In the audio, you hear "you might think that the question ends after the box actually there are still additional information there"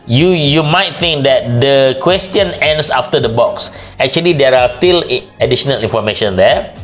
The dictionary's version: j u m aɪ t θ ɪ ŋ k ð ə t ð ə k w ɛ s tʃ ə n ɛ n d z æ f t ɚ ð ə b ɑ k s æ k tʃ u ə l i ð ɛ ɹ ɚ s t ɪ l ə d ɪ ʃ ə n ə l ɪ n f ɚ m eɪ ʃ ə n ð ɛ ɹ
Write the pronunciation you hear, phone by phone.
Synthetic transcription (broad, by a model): j u m aɪ t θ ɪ ŋ k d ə t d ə k w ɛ s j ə n ɛ n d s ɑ f t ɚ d ə b ɑ k s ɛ k tʃ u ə l i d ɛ ɹ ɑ s t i l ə d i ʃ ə n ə l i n f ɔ m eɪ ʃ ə n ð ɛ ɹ